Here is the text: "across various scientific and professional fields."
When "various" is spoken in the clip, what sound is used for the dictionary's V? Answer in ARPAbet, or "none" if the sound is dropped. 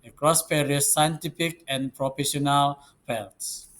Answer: P